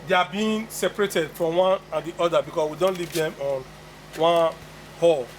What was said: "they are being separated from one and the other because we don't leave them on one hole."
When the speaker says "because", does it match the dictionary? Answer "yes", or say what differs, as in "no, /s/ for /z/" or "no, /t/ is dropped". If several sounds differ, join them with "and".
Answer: no, /s/ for /z/